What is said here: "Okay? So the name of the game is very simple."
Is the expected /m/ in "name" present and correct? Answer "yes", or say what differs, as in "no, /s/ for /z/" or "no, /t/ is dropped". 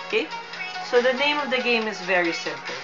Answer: yes